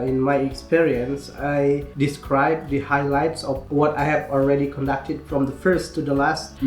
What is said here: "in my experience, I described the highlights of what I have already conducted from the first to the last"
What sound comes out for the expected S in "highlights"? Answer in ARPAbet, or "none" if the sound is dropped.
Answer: S